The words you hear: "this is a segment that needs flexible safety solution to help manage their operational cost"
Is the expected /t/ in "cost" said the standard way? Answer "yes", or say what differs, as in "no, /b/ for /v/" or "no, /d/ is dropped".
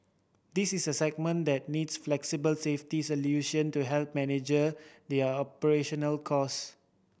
no, /t/ is dropped